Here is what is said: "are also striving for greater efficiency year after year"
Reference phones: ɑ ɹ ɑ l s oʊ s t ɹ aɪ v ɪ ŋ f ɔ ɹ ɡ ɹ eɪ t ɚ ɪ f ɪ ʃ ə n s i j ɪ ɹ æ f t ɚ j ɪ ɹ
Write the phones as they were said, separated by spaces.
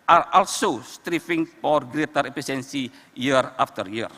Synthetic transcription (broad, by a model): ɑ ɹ ɑ l s oʊ s t ɹ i f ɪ ŋ f ɔ ɹ ɡ ɹ eɪ t ɚ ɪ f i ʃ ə n s i j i ɹ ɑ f t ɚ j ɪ ɹ